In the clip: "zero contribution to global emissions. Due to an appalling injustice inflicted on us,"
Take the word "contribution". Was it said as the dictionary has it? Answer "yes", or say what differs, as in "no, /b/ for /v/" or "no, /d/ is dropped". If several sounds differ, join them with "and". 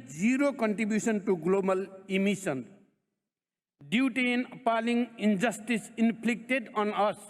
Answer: no, /s/ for /ʃ/